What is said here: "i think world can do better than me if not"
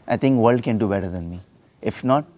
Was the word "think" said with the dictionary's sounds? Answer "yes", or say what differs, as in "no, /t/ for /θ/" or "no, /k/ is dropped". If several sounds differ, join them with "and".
no, /t/ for /θ/